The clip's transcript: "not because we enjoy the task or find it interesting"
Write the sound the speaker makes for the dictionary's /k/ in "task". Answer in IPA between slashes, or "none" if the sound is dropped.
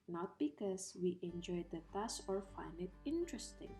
none